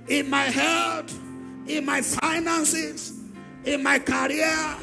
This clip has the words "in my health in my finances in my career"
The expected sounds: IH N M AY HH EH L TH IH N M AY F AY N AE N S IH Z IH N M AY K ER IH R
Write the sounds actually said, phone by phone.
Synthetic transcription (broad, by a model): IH N M AY HH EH L T IH N M AY F AY N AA N S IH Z IH N M AY K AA R